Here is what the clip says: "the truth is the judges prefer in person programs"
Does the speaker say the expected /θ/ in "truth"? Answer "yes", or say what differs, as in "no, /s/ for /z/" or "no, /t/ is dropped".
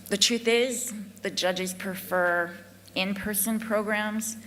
yes